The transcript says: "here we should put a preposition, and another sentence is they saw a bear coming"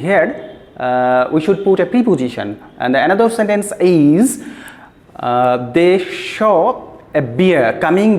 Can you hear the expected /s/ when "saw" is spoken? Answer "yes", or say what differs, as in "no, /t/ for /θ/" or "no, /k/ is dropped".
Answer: no, /ʃ/ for /s/